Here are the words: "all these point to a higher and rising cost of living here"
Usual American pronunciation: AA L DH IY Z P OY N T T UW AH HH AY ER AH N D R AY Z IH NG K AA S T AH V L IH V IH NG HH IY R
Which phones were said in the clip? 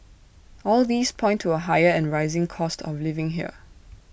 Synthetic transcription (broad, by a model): AA L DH IY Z P OY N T T UW AH HH AY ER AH N R AY Z IH NG K AA S T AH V L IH V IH NG HH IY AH